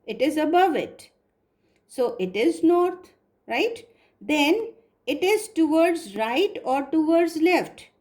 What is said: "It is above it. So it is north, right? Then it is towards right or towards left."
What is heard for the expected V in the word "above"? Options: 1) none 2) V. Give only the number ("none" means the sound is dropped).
2